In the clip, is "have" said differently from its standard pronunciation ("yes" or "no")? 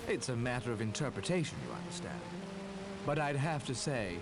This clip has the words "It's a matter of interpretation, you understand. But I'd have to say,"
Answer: yes